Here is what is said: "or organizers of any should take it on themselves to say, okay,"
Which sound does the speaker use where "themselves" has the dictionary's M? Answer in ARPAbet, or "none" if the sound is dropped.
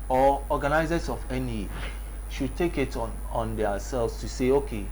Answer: none